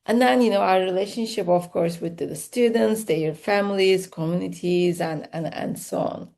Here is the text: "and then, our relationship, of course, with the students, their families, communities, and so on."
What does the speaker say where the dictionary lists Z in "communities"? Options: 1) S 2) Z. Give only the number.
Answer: 2